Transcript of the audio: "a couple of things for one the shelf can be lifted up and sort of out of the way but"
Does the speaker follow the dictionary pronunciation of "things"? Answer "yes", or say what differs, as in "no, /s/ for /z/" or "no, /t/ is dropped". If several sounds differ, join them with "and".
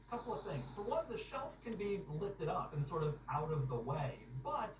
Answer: yes